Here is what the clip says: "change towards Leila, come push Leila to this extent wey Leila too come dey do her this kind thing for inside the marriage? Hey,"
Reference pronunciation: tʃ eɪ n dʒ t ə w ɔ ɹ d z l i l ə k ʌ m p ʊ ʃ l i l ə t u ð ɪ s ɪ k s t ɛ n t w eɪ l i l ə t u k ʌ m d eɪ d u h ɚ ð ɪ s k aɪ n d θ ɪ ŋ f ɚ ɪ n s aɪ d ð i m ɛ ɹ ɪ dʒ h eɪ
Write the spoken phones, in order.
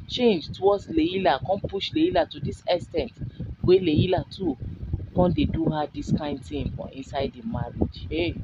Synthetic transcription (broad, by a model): tʃ eɪ n dʒ t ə w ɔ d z l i l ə k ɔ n p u ʃ l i l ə t u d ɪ s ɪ s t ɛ n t w eɪ l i l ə t u k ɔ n d eɪ d u h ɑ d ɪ s k aɪ n d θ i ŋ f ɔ ɪ n s aɪ d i m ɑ ɹ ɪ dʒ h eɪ